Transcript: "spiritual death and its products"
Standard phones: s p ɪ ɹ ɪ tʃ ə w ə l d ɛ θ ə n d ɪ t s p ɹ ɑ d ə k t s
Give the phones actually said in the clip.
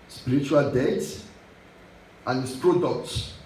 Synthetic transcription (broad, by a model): s p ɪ ɹ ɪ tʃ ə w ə l d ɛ s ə n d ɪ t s p ɹ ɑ d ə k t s